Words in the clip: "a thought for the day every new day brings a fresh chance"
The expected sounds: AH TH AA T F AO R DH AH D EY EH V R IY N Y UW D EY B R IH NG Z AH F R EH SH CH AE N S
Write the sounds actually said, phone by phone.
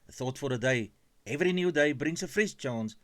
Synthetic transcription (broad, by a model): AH TH AA T F AO R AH D EY EH V R IY N Y UW D EY B R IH NG S AH F R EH S CH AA N S